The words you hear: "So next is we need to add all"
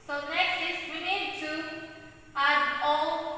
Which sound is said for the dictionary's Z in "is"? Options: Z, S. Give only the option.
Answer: S